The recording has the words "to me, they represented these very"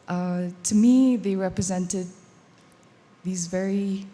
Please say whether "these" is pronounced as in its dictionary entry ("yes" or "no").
yes